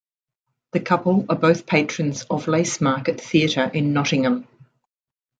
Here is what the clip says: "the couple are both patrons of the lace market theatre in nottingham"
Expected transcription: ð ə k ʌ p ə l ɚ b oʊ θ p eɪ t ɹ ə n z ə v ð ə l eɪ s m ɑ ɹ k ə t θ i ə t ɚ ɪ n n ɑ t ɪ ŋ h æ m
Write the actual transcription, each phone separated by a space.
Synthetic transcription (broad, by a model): ð ə k ʌ p ə l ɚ b oʊ θ p eɪ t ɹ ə n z ə v l eɪ s m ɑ k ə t θ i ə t ɚ ɪ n n ɑ t ɪ ŋ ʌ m